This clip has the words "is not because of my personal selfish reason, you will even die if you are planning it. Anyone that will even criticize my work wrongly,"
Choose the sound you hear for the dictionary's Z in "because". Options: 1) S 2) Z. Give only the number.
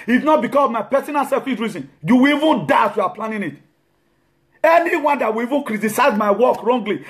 1